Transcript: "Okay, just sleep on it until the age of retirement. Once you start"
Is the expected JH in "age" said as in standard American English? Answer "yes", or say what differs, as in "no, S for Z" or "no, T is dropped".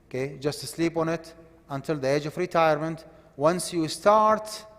yes